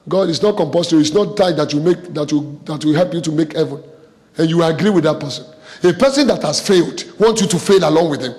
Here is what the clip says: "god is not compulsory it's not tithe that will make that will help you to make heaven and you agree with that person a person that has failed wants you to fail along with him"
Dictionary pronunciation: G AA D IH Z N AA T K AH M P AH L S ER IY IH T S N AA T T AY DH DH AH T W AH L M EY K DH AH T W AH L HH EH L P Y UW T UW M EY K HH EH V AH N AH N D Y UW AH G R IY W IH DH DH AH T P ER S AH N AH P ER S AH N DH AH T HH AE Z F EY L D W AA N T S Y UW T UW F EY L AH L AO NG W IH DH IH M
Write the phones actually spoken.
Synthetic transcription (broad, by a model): G AA D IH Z N AA T K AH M P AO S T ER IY IH T S N AA T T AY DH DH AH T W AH M EY K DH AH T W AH W HH EH L P Y UW T UW M EY K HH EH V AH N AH N Y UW AH G R IY W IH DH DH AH T P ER S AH N AH P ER S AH N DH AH T HH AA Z F EY L D W AA N T S Y UW T UW F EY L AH L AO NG W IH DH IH M